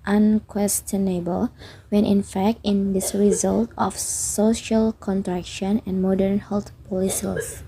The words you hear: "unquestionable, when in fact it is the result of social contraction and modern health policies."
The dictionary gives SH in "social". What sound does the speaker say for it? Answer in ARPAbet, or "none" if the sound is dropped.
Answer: SH